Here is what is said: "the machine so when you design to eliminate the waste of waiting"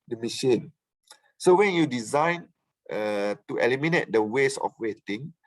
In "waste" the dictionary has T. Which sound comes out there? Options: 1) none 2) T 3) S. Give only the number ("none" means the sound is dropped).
1